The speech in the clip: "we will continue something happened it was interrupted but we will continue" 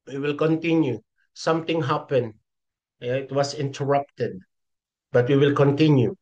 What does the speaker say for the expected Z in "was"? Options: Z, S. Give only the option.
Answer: S